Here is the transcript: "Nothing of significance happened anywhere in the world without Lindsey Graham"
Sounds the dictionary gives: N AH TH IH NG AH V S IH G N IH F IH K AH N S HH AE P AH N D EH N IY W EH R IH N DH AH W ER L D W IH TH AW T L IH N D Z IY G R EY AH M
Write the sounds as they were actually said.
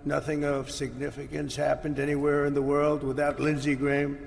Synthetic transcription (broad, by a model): N AH TH IH NG AH V S IH G N IH F IH K AH N S HH AE P AH N D EH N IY W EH R IH N DH AH W ER L D W IH TH AW T L IH N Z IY G R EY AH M